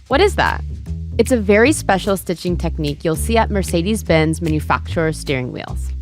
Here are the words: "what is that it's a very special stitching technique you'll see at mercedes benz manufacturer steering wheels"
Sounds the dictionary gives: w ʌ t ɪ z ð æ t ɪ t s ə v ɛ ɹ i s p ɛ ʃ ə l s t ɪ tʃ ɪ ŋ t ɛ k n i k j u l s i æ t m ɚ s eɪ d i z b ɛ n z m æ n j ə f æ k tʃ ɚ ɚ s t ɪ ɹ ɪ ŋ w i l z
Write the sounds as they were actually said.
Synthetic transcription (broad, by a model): w ʌ t ɪ z ð æ t ɪ t s ə v ɛ ɹ i s p ɛ ʃ l s t ɪ tʃ ɪ ŋ t ɛ k n i k j u l s i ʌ t m ɚ s eɪ d i z b ɛ n z m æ n j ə f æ k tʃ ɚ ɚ s t ɪ ɹ ɪ ŋ w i l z